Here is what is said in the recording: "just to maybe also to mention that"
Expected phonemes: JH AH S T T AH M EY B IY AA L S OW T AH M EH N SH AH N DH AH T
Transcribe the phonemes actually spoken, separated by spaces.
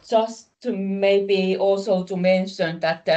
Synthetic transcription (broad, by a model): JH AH S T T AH M EY B IY AA L S OW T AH M EH N SH AH N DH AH T